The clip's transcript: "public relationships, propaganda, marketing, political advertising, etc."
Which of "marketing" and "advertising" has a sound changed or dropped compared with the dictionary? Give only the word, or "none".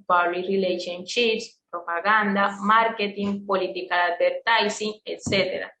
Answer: advertising